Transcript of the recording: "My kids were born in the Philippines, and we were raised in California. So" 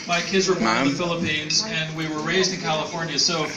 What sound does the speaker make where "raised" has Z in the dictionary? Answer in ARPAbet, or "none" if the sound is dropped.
Z